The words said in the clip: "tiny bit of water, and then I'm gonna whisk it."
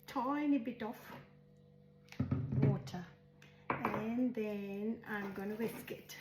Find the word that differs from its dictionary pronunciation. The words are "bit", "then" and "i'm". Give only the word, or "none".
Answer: none